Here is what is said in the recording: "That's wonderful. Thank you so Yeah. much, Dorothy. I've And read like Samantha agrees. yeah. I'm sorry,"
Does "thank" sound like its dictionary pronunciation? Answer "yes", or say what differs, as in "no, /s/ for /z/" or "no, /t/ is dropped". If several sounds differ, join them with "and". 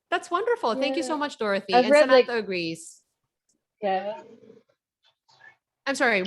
yes